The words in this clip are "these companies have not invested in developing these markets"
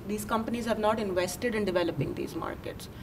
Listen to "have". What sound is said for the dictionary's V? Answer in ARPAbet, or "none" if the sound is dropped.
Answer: V